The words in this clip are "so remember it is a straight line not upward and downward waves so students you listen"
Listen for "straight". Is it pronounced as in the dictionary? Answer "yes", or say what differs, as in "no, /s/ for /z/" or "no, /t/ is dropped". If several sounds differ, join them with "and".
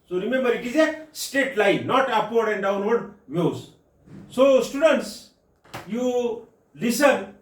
no, /ɹ/ is dropped